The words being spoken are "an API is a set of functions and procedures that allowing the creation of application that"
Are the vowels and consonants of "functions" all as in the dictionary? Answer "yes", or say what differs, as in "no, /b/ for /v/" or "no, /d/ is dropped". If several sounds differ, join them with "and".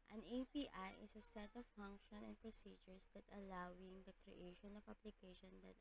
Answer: no, /z/ is dropped